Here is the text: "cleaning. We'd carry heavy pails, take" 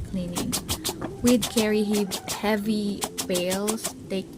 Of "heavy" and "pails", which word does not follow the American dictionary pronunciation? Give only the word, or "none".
pails